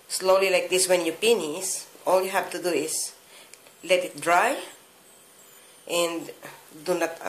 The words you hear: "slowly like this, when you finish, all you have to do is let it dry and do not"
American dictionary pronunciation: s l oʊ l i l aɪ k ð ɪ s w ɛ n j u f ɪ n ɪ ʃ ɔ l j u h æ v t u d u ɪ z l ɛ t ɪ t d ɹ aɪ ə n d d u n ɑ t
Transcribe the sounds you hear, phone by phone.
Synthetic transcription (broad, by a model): s l oʊ l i l aɪ k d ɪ s w ɛ n j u p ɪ n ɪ s ɔ l j u h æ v t u d u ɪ s l ɛ t ɪ t d ɹ aɪ ə n d d u n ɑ t